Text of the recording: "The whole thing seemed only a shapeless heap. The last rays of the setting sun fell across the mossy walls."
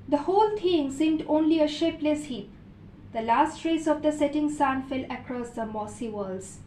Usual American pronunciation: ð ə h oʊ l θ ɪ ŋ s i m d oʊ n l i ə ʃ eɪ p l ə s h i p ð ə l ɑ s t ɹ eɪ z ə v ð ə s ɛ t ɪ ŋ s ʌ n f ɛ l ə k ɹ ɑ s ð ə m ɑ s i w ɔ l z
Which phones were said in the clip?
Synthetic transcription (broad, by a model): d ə h oʊ l t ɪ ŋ s i m d oʊ n l i ə ʃ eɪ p l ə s h i p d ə l ɑ s t ɹ eɪ s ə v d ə s ɛ t ɪ ŋ s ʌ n f ɛ l ə k ɹ ɑ s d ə m ɑ s i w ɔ l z